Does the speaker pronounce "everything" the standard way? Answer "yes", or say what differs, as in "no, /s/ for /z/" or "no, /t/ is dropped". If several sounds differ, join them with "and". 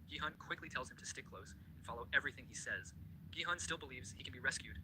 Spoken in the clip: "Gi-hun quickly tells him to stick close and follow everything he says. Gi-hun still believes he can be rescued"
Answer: yes